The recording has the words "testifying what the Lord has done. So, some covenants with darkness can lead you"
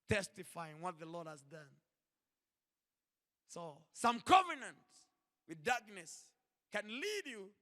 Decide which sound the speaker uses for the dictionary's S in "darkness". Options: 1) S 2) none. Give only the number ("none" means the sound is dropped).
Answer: 1